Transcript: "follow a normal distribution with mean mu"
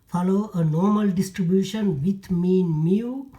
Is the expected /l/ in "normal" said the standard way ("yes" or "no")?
yes